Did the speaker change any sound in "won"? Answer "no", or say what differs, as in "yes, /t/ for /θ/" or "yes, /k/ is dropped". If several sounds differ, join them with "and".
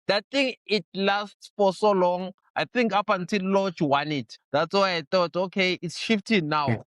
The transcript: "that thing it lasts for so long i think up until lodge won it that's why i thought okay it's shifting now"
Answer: no